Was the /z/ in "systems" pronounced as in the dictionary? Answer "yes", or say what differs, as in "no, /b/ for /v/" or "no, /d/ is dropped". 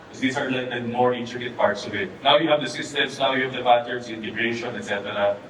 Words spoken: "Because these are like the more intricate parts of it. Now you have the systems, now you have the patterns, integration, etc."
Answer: no, /s/ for /z/